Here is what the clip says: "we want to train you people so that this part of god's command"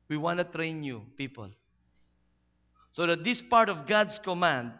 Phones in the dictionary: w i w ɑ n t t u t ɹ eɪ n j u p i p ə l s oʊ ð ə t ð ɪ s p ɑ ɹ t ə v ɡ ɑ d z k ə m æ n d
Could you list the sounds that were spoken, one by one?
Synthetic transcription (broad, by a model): w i w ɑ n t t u t ɹ eɪ n j u p i p ə l s oʊ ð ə t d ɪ s p ɑ ɹ t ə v ɡ ɑ d s k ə m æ n d